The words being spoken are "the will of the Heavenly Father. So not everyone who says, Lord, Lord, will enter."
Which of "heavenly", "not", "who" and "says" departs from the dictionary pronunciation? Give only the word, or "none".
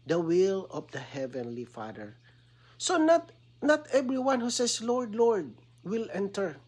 says